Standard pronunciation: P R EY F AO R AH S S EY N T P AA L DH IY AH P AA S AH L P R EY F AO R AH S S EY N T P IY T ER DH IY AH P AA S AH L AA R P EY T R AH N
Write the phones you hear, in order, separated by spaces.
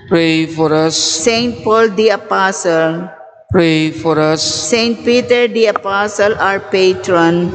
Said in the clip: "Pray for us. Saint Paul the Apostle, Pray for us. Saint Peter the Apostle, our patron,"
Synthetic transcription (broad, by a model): P R EY F AO R AH S S EY N T P AA L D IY AH P AA S AH L P R EY F AO R AH S S EY N T P IY T ER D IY AH P AA S AH L AA R P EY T R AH N